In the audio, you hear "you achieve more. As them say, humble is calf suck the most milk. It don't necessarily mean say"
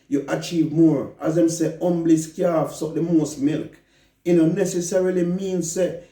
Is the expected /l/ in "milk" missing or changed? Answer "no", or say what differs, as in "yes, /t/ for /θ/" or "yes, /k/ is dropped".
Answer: no